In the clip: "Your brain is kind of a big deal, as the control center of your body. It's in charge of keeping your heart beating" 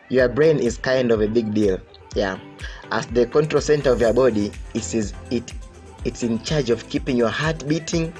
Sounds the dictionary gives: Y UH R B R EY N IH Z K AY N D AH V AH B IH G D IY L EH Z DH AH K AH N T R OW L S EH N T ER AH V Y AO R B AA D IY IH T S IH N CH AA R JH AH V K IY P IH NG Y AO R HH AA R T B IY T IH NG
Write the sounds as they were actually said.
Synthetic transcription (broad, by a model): Y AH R B R EY N IH Z K AY N D AH V AH B IH G D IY L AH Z DH AH K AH N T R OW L S EH N T ER AH V Y AO R B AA D IY IH T S IH N CH AA R JH AH V K IY P IH NG Y AO R HH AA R T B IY T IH NG